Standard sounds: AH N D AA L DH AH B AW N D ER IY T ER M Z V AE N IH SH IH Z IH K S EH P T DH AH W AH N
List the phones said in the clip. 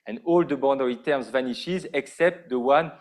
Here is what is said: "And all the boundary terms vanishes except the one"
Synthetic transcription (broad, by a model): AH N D AA L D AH B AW D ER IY T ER M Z V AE N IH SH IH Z IH K S EH P T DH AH W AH N